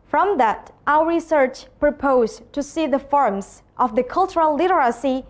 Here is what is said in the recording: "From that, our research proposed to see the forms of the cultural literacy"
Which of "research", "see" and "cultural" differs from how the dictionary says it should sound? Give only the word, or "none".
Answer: none